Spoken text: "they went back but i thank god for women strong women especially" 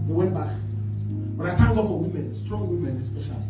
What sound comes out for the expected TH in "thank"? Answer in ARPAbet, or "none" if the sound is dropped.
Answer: T